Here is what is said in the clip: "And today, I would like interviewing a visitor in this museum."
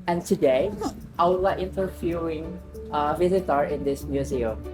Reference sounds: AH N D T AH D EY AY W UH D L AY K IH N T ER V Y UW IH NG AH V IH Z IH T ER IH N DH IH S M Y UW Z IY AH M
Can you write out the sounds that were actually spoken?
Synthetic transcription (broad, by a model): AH N T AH D EY AY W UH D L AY IH N T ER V Y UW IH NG AH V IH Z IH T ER IH N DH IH S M Y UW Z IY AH M